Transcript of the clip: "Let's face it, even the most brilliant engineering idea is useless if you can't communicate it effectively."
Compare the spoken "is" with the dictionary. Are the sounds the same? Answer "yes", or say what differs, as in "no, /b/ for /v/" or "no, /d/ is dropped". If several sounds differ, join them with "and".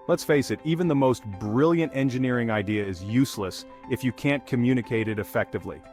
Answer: yes